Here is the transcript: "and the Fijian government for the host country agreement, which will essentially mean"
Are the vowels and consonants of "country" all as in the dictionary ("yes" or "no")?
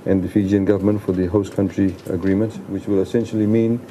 yes